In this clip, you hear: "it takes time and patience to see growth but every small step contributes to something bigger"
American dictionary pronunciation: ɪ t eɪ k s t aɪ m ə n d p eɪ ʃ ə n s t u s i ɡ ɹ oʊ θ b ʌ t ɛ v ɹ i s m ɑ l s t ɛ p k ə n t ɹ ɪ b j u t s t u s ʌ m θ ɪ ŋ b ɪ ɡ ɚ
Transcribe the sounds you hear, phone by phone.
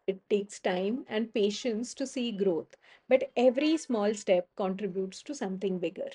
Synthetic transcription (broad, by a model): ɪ t eɪ k s t aɪ m ə n d p eɪ ʃ ə n s t u s i ɡ ɹ oʊ t b ʌ t ɛ v ɹ i s m ɑ l s t ɛ p k ə n t ɹ ɪ b j u t s t u s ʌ m t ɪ ŋ b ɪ ɡ ɚ